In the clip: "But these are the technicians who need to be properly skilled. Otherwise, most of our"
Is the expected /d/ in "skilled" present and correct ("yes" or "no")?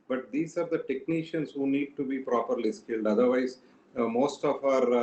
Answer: yes